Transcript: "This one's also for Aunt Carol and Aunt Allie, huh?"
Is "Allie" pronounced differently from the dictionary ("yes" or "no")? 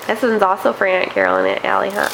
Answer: no